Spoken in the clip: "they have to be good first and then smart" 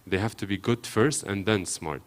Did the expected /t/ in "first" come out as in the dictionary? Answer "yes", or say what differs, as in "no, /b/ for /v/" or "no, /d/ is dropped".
yes